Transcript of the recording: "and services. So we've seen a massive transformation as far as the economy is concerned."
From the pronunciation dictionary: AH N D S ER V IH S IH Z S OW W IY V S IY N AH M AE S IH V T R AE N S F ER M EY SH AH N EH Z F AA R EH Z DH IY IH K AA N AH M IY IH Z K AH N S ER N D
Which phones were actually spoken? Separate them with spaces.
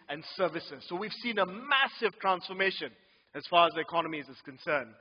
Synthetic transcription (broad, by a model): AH N S ER V IH S IH Z S OW W IY V S IY N AH M AE S IH V T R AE N S F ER M EY SH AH N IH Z F AA R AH Z DH IY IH K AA N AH M IY IH Z K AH N S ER N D